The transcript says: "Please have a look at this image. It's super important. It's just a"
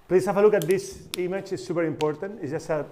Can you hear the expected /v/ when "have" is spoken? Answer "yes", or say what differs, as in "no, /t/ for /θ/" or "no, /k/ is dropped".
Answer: no, /f/ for /v/